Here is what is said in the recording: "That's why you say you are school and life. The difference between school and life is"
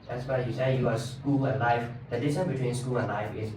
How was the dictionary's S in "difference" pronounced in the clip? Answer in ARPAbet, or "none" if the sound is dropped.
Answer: none